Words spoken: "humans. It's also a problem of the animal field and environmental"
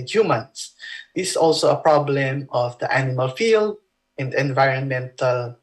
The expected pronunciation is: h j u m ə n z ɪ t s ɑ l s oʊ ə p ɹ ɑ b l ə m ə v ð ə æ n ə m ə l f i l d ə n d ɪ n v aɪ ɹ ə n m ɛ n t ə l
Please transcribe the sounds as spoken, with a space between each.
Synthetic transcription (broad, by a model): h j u m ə n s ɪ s ɑ l s oʊ ə p ɹ ɑ b l ə m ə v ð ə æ n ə m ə l f i l d ə n d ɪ n v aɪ ɹ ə n m ɛ n t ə l